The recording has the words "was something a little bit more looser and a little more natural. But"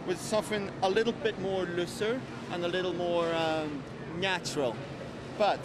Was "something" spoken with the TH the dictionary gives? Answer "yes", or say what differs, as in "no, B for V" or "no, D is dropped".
no, F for TH